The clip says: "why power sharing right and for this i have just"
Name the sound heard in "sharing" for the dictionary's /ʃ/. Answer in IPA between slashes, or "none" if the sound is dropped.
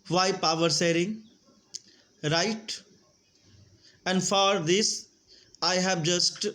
/s/